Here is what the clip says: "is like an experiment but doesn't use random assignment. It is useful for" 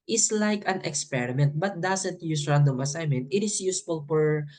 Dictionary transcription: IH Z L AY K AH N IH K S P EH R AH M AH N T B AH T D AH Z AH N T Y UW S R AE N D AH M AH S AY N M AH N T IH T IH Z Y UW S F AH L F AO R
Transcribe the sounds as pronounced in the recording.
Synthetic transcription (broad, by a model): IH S L AY K AH N IH K S P EH R AH M AH N T B AH T D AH S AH N T Y UW S R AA N D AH M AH S AY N M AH N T IH T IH S Y UW S F AH L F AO R